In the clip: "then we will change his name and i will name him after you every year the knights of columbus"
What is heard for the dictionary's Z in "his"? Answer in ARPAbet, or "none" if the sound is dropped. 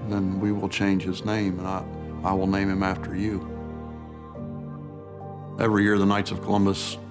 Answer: Z